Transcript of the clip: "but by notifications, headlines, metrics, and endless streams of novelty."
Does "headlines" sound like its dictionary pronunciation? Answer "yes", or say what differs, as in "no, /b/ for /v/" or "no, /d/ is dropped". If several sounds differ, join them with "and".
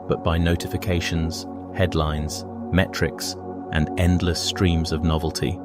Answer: yes